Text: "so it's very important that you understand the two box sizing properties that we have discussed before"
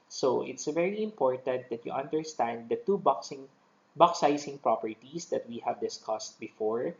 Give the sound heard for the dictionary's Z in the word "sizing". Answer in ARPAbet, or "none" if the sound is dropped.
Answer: S